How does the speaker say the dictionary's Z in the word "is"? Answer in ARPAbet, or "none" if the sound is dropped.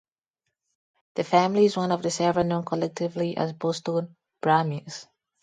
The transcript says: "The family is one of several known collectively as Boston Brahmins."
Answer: Z